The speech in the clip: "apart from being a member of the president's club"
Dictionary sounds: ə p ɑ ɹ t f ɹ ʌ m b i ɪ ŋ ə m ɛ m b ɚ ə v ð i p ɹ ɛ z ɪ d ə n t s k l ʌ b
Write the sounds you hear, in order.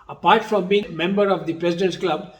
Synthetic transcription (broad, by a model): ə p ɑ ɹ t f ɹ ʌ m b i ɪ ŋ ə m ɛ m b ɚ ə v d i p ɹ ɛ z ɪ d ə n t k l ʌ b